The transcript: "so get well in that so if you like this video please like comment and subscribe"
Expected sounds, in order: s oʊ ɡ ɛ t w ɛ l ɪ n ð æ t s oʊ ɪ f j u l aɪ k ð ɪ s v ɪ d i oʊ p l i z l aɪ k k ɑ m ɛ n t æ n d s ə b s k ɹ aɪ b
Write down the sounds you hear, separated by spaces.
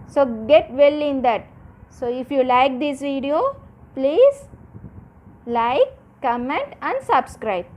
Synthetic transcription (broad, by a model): s oʊ ɡ ɛ t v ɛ l ɪ n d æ t s oʊ ɪ f j u l aɪ k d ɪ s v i d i oʊ p l i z l aɪ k k ɑ m ɛ n t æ n d s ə b s k ɹ aɪ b